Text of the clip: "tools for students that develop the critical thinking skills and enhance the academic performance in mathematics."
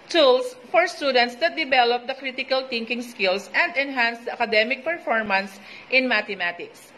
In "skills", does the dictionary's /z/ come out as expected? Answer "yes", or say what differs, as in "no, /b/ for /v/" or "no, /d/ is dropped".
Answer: no, /s/ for /z/